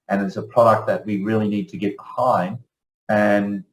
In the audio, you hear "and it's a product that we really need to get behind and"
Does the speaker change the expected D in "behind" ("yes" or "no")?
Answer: yes